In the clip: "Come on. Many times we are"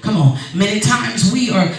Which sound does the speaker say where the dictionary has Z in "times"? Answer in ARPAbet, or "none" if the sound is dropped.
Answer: Z